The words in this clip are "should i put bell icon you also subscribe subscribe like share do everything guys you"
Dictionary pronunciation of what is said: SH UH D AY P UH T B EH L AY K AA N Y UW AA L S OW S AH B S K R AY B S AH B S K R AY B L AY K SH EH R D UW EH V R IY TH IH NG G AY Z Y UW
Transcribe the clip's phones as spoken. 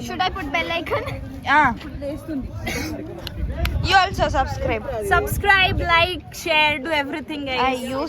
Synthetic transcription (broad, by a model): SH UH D AY P UH T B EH L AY K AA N Y UW AA L S OW S AH B S K R AY B S AH B S K R AY B L AY K SH EH R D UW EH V R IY T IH NG G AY Y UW